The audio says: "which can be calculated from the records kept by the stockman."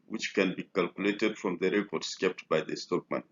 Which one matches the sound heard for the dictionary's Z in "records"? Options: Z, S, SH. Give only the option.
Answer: S